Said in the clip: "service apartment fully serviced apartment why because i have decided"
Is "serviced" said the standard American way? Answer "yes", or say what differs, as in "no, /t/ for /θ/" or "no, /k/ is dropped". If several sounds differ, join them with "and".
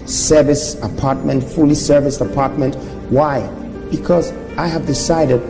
no, /t/ is dropped